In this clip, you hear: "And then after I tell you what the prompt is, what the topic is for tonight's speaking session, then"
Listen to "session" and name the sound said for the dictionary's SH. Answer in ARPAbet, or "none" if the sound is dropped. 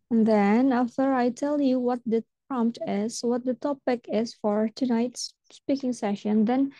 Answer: SH